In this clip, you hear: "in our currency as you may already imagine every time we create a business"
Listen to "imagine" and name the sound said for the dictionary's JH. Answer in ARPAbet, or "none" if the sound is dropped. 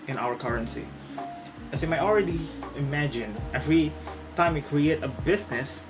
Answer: JH